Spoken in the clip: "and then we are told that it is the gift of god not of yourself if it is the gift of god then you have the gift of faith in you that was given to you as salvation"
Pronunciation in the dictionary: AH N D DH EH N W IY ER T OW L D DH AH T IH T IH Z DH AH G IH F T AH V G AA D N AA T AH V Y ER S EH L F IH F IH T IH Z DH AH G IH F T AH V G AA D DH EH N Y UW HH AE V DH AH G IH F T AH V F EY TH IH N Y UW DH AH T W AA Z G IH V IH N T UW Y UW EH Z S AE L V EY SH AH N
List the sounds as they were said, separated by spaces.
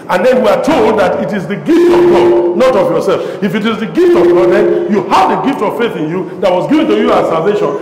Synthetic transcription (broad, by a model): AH N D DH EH N W IY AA T OW L D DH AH T IH T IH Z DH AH G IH F T AH V G AA D N AA T AH V Y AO S EH L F IH F IH T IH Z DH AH G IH F T AH V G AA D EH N Y UW HH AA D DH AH G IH F T AH V F EY TH IH N Y UW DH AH T W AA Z G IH V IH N T UW Y UW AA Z S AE L V EY SH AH N